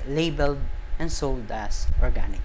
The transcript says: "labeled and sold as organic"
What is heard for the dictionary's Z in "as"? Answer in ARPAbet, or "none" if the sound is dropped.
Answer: S